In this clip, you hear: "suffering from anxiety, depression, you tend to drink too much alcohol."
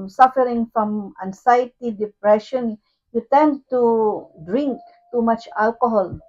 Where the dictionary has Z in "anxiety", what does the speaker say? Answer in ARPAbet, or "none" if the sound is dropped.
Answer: S